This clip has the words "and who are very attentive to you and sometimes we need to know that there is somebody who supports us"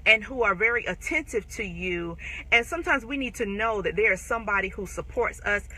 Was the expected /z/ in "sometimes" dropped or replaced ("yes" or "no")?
no